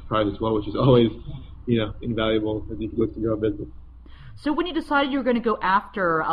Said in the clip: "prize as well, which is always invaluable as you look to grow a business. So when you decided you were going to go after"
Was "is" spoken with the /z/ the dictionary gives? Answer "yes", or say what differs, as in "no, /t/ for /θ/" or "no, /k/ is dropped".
yes